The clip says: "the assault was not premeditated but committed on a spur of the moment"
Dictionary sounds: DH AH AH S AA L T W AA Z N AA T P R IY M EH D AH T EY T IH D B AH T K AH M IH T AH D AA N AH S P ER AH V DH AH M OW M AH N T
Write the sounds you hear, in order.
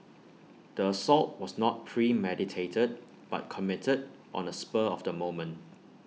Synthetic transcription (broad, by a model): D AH AH S AA L T W AA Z N AA T P R IY M EH D AH T EY T IH D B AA T K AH M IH T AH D AA N AH S P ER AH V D AH M OW M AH N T